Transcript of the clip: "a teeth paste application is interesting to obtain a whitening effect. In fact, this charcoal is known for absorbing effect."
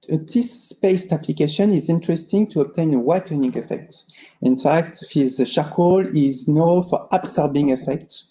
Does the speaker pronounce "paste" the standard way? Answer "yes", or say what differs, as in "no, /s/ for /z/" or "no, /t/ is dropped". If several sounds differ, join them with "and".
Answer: yes